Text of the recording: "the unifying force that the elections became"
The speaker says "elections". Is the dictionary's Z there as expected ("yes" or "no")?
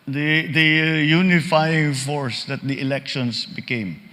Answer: no